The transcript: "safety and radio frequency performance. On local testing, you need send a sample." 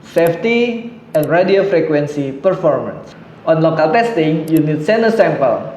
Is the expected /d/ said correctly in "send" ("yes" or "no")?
no